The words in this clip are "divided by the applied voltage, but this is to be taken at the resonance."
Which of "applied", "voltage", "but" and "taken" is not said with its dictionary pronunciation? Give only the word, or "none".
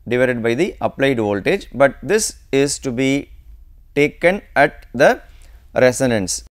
none